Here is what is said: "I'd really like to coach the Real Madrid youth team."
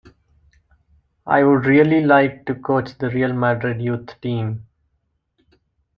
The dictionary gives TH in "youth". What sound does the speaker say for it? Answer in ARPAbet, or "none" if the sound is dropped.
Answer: T